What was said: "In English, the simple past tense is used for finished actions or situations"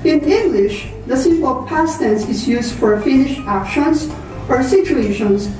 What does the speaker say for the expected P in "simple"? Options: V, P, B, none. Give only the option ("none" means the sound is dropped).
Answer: none